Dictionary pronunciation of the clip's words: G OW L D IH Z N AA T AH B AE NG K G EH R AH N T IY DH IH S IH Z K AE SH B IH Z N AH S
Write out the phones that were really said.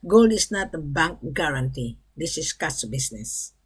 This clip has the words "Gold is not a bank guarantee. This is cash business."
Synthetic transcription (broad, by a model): G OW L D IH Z N AA T AH B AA NG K G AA R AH N T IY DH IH S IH S K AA S B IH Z N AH S